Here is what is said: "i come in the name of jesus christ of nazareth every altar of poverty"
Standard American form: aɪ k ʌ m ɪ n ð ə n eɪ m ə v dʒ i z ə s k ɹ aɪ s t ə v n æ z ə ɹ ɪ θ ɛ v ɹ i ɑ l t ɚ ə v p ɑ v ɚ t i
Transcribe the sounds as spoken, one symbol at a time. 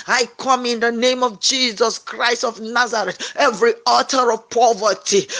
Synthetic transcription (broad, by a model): aɪ k ʌ m ɪ n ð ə n eɪ m ə v dʒ i z ə s k ɹ aɪ s t ə v n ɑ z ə ɹ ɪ t ɛ v ɹ i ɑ t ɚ ə v p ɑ v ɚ t i